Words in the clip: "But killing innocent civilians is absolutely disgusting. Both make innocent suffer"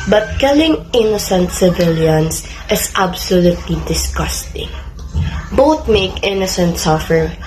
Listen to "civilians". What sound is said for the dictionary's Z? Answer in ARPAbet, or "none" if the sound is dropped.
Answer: S